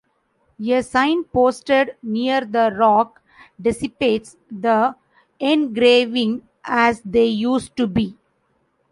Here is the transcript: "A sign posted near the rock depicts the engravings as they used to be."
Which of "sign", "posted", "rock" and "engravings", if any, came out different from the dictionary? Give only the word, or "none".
engravings